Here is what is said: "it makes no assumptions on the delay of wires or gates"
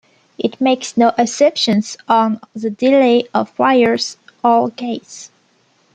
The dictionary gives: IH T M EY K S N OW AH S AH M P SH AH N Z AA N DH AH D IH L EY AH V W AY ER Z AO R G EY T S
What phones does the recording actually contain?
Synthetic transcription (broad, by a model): IH T M EY K S N OW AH S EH P SH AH N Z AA N DH AH D IH L EY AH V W AY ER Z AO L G EY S